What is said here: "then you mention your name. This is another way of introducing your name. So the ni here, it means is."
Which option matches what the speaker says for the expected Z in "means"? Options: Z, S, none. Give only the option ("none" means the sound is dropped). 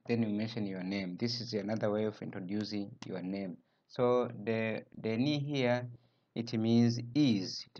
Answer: Z